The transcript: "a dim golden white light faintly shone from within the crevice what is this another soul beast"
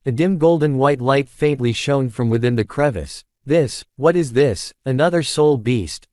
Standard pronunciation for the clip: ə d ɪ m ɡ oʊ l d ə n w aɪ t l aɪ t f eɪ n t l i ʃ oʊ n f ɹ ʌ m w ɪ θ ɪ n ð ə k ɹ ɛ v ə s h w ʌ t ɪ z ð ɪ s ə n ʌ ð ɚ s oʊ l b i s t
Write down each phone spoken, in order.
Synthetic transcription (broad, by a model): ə d ɪ m ɡ oʊ l d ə n w aɪ t l aɪ t f eɪ n t l i ʃ oʊ n f ɹ ʌ m w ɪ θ ɪ n ð ə k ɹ ɛ v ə s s w ʌ t ɪ z ð ɪ s ə n ʌ ð ɚ s oʊ l b i s t